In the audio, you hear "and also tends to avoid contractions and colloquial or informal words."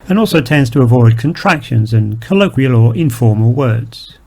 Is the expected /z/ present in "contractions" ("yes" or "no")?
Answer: yes